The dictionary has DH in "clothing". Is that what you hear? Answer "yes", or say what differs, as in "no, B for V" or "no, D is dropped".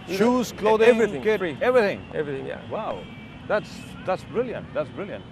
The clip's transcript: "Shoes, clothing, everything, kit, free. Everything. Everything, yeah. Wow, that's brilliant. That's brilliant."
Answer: no, DH is dropped